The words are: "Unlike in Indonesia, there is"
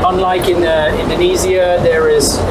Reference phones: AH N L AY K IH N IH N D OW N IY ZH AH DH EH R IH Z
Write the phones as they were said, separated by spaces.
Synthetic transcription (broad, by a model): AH N L AY K IH N IH N D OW N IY Z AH DH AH R IH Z